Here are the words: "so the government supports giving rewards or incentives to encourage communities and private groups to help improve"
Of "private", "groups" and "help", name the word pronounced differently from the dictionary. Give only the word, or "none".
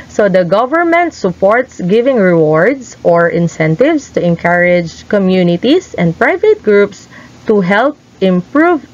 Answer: none